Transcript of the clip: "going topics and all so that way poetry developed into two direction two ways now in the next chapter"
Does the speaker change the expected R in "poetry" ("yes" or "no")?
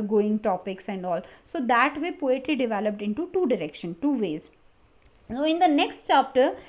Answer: yes